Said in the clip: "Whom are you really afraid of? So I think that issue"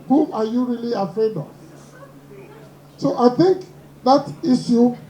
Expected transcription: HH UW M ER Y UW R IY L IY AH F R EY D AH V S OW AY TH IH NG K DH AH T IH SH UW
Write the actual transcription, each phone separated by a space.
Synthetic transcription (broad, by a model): HH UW M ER Y UW R IY L IY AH F R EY D AH V S OW AY TH IH NG K DH AH T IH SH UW